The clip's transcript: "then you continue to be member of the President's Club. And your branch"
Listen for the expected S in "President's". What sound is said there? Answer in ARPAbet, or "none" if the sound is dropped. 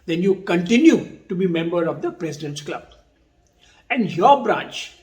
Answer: none